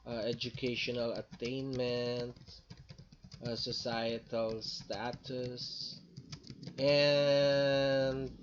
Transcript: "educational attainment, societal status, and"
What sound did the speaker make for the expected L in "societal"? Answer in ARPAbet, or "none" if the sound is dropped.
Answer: L